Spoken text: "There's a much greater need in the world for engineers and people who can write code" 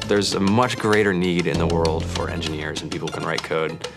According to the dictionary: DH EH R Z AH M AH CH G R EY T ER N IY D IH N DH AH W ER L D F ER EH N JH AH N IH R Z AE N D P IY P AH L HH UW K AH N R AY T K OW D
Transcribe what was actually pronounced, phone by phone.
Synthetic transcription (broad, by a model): DH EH R Z AH M AH CH G R EY T ER N IY D IH N DH AH W ER L D F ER EH N JH AH N IH R Z N P IY P L K AH N R AY T K OW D